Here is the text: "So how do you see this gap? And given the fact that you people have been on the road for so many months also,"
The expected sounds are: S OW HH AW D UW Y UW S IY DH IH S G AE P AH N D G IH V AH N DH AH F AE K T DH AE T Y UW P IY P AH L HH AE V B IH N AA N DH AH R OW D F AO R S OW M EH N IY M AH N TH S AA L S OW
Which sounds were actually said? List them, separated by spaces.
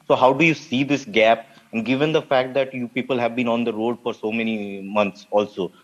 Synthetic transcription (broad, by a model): S OW HH AW D UW Y UW S IY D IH S G AE P AH N D G IH V AH N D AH F AE K T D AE T Y UW P IY P AH L HH AE V B IH N AA N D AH R OW D F AO R S OW M EH N IY M AH N T S AA L S OW